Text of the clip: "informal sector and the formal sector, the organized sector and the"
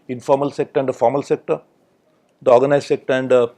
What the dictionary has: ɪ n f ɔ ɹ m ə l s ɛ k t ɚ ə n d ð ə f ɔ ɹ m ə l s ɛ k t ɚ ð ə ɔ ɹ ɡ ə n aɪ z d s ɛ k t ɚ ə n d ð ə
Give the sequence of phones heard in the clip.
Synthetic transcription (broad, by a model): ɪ n f ɔ ɹ m ə l s ɛ k t ɚ ə n d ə f ɔ ɹ m ə l s ɛ k t ɚ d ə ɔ ɹ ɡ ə n aɪ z s ɛ k t ɚ ə n d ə